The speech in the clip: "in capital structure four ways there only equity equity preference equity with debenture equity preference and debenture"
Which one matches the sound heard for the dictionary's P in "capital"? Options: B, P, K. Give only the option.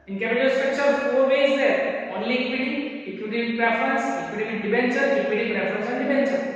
B